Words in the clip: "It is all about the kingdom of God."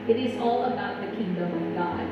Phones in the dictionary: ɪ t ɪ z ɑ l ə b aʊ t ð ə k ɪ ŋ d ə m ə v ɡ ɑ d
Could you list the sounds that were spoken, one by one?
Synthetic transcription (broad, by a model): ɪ t ɪ z ɑ l ə b aʊ t ð ə k ɪ ŋ d ə m ə v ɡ ɑ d